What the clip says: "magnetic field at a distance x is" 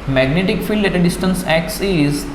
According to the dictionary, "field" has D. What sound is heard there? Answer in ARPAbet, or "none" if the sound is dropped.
D